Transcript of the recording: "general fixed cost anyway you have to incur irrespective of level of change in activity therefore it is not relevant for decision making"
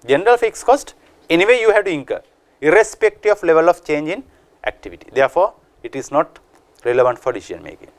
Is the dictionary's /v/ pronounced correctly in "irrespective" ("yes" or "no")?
no